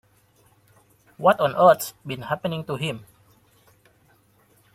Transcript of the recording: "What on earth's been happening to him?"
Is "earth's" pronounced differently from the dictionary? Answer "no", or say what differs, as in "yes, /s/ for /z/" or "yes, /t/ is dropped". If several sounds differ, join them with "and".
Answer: yes, /t/ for /θ/